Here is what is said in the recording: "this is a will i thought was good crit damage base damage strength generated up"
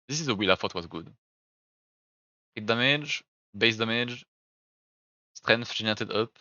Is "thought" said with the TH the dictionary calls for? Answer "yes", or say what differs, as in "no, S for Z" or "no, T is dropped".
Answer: no, F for TH